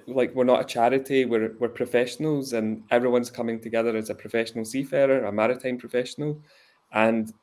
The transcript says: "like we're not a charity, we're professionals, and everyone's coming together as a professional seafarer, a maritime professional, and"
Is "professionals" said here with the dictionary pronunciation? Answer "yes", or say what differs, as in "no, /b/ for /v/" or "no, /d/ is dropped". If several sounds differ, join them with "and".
yes